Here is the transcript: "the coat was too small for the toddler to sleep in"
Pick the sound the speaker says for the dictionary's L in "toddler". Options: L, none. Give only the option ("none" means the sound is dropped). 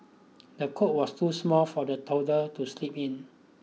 none